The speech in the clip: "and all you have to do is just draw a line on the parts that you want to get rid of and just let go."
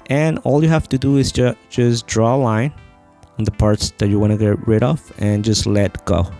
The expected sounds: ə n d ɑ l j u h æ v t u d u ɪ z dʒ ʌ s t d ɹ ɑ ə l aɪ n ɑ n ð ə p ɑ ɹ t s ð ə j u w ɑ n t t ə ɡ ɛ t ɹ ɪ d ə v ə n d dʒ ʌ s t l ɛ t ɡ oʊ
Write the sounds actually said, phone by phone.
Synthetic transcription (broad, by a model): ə n ɑ l j u h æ f t u d u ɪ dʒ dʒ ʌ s d ɹ ɑ l aɪ n ɑ n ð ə p ɑ ɹ t s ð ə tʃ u w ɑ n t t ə ɡ ɛ t ɹ ɪ d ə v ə n dʒ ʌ s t l ɛ t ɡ oʊ